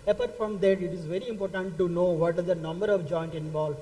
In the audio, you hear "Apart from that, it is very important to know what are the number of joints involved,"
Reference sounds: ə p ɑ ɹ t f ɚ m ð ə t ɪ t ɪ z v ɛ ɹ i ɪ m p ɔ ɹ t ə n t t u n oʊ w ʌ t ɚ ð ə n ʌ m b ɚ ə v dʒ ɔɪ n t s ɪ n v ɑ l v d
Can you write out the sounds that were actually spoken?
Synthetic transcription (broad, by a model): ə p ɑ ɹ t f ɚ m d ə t ɪ t ɪ z v ɛ ɹ i ɪ m p ɔ ɹ t ə n t t u n oʊ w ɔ t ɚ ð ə n ʌ m b ɚ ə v dʒ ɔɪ n t ɪ n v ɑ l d